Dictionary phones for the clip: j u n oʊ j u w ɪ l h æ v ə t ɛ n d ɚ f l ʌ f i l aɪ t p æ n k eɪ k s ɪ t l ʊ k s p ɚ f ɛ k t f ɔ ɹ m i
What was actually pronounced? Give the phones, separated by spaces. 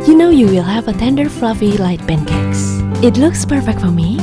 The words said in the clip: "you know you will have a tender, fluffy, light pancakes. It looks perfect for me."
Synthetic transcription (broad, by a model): j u n oʊ j u w ɪ l h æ v ə t ɛ n d ɚ f l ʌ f i l aɪ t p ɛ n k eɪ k s ɪ t l ʊ k s p ɚ f ɛ k t f ɔ ɹ m i